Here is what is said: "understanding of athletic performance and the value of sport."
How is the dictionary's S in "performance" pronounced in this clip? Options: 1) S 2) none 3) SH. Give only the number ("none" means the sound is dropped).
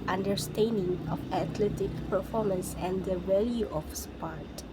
1